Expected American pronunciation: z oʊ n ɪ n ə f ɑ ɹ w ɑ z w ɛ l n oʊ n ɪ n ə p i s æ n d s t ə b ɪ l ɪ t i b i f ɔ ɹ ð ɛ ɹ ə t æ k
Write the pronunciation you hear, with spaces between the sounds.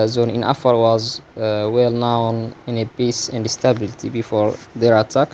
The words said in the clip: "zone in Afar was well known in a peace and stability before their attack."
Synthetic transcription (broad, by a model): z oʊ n ɪ n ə f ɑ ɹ w ɑ z w ɛ l n oʊ n ɪ n ə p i s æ n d s t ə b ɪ l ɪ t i b i f ɔ ɹ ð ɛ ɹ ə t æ k